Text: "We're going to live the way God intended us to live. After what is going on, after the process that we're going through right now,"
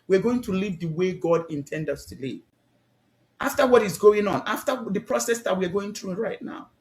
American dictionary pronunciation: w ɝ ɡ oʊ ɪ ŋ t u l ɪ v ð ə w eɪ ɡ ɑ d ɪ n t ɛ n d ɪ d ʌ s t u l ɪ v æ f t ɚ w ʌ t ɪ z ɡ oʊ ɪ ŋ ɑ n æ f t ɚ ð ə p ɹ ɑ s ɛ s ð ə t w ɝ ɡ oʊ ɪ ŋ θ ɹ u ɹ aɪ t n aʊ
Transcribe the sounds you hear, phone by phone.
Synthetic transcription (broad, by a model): w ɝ ɡ oʊ ɪ ŋ t u l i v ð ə w eɪ ɡ ɑ d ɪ n t ɛ n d d ʌ s t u l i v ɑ f t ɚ w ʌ t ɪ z ɡ oʊ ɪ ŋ ɑ n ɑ f t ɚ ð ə p ɹ ɑ s ɛ s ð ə t w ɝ ɡ oʊ ɪ ŋ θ ɹ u ɹ aɪ t n aʊ